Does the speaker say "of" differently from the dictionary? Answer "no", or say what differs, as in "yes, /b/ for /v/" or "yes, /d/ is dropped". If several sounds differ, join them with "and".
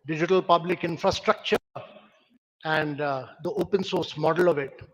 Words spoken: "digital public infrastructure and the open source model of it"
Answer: no